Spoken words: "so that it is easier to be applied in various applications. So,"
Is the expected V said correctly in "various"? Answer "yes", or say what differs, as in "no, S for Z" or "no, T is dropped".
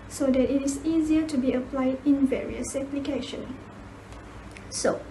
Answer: yes